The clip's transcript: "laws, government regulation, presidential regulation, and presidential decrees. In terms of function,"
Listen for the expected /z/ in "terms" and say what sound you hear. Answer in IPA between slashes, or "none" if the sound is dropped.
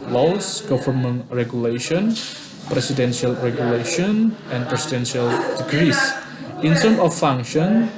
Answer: none